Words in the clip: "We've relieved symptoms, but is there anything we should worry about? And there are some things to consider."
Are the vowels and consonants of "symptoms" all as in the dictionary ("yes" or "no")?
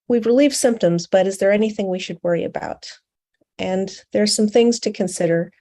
yes